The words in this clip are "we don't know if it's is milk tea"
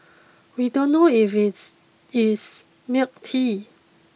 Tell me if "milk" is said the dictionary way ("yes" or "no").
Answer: no